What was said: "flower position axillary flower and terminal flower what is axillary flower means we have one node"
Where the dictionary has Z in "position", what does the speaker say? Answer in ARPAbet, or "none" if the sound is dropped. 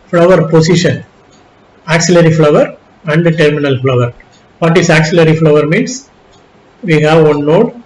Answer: S